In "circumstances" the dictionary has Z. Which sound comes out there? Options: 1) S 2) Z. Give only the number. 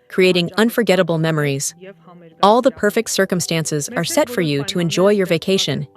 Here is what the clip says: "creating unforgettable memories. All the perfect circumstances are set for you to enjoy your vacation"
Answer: 2